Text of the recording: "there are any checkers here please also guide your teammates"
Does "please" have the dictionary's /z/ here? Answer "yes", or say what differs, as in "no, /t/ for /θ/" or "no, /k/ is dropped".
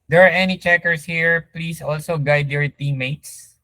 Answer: no, /s/ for /z/